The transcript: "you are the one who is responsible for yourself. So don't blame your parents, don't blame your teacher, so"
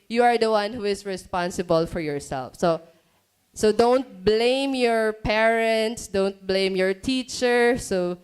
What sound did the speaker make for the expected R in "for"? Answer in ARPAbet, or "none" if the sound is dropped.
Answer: R